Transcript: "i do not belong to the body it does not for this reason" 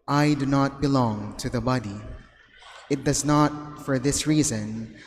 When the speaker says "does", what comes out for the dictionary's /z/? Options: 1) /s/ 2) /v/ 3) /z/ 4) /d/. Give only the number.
3